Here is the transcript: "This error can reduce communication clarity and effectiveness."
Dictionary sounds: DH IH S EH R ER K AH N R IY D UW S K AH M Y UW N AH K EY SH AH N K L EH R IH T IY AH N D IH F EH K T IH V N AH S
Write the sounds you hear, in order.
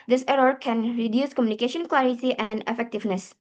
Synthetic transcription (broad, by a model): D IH S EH R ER K AH N R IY D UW S K AH M Y UW N AH K EY SH AH N K L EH R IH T IY AH N D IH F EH K T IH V N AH S